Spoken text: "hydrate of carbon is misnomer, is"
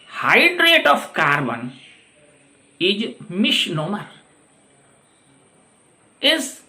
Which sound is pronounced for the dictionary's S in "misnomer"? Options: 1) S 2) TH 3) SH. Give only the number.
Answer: 3